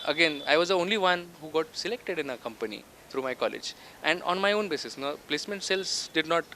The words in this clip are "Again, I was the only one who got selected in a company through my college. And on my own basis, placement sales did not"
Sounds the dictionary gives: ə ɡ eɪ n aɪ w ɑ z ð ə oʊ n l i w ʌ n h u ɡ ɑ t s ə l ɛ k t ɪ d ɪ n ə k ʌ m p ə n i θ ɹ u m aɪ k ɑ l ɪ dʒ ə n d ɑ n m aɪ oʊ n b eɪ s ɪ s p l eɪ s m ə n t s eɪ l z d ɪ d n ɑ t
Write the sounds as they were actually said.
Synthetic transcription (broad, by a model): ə ɡ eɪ n aɪ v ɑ z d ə oʊ n l i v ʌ n h u ɡ ɑ t s ə l ɛ k t ɪ d ɪ n ə k ʌ m p ə n i t ɹ u m aɪ k ɑ l ɪ dʒ ə n d ɑ n m aɪ oʊ n b eɪ s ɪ s p l eɪ s m ə n t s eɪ l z d ɪ d n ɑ t